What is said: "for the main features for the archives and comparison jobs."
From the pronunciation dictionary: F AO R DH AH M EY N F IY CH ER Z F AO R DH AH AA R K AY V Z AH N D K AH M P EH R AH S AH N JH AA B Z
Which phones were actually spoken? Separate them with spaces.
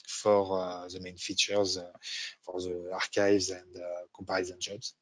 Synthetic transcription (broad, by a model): F AO R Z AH M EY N F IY CH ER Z F AO R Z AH AA R K AY V Z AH N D K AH P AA R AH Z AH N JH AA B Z